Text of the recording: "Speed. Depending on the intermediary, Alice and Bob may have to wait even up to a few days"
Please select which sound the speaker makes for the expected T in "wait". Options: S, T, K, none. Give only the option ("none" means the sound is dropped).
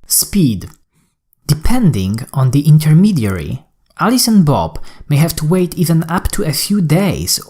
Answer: T